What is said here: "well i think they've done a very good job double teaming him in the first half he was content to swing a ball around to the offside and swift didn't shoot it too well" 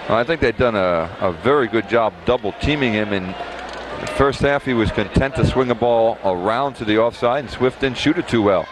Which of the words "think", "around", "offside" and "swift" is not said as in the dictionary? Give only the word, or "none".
none